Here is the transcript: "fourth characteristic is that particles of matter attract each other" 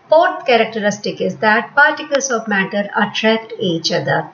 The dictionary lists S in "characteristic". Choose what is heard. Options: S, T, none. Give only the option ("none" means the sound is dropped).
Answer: S